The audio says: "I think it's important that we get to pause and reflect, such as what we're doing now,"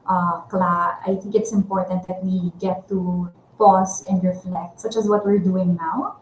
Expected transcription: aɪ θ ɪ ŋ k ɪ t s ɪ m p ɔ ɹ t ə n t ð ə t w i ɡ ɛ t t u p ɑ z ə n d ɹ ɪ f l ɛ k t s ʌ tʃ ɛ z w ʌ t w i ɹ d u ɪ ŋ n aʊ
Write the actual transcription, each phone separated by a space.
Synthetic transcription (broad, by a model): aɪ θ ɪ ŋ k ɪ t s ɪ m p ɔ ɹ t ə n t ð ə t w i ɡ ɛ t t u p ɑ s ə n d ɹ ɪ f l ɛ k t s ʌ tʃ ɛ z w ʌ t w i ɹ d u ɪ ŋ n aʊ